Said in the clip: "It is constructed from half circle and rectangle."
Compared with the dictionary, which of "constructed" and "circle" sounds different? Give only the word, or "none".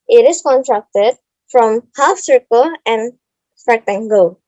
constructed